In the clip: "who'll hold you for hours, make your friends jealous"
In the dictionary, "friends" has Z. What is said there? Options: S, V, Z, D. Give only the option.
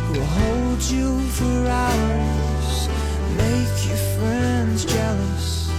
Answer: Z